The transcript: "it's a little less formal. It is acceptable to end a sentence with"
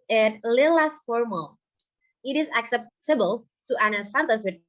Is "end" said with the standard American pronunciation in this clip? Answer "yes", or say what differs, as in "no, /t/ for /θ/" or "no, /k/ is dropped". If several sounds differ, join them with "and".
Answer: no, /d/ is dropped